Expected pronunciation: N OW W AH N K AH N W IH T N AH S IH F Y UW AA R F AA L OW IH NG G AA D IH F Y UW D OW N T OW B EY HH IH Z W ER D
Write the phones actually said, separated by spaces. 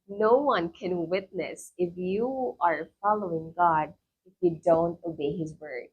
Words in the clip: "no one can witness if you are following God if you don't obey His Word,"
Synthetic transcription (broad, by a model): N OW W AH N K AH N W IH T N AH S IH F Y UW AA R F AA L OW IH NG G AA D IH F Y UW D OW N T OW B EY HH IH Z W ER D